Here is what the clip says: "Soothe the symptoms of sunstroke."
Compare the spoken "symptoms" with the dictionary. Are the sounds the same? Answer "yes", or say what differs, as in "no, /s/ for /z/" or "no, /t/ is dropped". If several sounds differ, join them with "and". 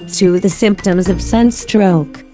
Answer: yes